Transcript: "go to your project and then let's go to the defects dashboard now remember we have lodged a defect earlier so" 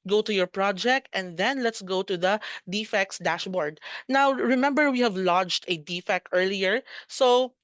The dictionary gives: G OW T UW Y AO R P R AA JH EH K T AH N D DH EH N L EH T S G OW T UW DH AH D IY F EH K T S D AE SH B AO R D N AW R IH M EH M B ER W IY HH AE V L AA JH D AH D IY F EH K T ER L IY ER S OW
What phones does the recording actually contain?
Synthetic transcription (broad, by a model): G OW T UW Y AO R P R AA JH EH K T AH N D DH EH N L EH T S G OW T UW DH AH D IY F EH K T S D AE SH B AO R D N AW R IH M EH M B ER W IY HH AE V L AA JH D AH D IY F EH K T ER L IY ER S OW